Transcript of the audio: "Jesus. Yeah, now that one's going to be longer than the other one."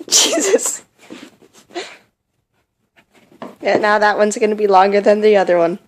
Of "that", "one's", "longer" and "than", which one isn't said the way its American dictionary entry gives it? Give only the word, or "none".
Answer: none